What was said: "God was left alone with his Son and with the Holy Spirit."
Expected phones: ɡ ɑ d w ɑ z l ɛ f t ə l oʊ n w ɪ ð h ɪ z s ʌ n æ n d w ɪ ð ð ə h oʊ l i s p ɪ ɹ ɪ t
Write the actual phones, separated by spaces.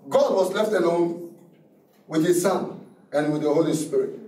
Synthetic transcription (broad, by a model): ɡ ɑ d w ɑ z l ɛ f t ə n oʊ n w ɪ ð h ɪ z s ʌ n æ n w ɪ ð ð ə h oʊ l i s p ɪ ɹ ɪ t